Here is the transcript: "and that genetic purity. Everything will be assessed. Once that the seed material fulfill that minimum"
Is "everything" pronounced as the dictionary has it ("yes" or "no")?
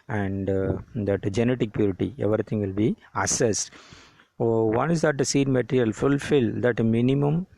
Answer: no